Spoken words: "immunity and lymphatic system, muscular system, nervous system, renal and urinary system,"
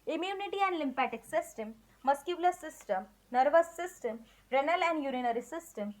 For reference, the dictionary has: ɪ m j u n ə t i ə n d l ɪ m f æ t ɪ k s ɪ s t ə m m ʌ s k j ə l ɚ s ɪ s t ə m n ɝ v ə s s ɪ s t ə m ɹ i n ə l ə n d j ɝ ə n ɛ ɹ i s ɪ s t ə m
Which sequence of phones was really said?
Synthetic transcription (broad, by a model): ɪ m j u n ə t i ə n d l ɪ m p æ t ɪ k s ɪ s t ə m m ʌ s k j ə l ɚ s ɪ s t ə m n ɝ v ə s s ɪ s t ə m ɹ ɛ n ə l ə n d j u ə n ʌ ɹ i s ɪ s t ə m